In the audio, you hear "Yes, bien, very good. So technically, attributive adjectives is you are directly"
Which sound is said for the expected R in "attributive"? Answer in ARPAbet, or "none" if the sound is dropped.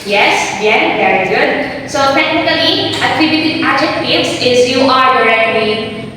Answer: none